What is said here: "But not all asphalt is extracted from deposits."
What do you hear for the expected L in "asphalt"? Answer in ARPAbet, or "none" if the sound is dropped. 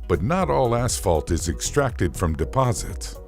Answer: L